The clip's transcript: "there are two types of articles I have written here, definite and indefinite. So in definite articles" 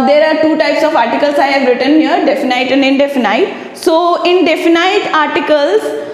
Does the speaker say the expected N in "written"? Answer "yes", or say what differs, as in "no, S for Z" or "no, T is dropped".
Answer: yes